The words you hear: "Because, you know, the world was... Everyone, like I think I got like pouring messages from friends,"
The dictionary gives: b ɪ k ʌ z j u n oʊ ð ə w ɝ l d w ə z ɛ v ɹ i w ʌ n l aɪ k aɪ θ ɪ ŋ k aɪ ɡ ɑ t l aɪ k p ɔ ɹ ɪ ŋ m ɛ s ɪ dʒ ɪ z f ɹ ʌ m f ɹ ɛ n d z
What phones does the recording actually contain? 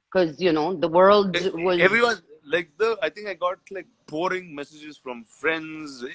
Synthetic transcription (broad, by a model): k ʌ z j u n oʊ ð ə w ɝ l d w ə z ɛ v ɹ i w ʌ n l aɪ k aɪ t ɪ ŋ k aɪ ɡ ɑ t l aɪ k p ɔ ɹ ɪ ŋ m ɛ s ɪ dʒ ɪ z f ɹ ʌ m f ɹ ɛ n d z